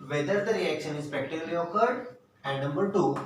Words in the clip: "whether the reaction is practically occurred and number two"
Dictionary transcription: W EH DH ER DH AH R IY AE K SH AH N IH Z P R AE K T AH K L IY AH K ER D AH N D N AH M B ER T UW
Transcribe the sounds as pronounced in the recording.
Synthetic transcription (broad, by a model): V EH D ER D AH R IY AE K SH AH N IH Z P EH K T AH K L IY AH K ER D AH N D N AH M B ER T UW